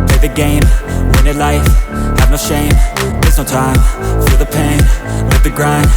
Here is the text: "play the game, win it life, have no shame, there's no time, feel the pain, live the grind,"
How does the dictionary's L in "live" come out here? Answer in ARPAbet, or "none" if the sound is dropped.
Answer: N